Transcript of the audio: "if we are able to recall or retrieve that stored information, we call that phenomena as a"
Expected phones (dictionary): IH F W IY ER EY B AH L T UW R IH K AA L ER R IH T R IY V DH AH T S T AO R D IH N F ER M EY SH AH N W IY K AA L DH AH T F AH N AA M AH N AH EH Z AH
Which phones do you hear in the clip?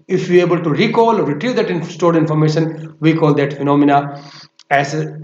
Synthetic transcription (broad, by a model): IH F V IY EY B AH L T UW R IH K AA L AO R IH T R IY V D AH T S T AO R D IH N F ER M EY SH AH N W IY K AA L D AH T F AH N AA M AH N AH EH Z